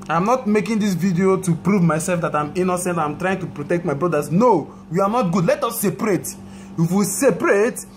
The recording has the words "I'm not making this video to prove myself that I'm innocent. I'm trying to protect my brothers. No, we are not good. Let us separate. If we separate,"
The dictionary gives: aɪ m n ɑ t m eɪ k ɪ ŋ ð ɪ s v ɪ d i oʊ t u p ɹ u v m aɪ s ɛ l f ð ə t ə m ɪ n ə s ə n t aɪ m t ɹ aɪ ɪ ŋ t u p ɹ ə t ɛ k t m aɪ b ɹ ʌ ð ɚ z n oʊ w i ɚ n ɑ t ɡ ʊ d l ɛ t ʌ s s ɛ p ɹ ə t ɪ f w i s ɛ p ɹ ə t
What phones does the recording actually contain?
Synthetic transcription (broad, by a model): aɪ m n ɑ t m eɪ k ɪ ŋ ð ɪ s v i d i oʊ t u p ɹ u v m aɪ s ɛ l f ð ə t ə m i n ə s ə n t aɪ m t ɹ aɪ ɪ ŋ t u p ɹ ə t ɛ k t m aɪ b ɹ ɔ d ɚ s n oʊ w i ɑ n ɑ t ɡ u d l ɛ t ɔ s s ɛ p ɹ ə t ɪ f w i s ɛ p ɹ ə t